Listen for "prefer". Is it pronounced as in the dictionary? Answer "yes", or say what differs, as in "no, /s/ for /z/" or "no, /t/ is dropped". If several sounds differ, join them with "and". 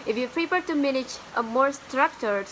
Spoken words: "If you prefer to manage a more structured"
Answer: no, /p/ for /f/